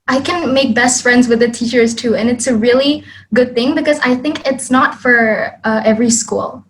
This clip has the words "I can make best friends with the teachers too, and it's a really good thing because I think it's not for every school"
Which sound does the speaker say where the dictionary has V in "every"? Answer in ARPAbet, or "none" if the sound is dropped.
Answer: V